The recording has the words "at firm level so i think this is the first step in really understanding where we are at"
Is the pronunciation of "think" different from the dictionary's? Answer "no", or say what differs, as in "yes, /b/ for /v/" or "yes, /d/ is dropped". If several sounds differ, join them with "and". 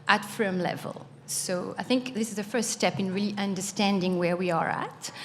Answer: no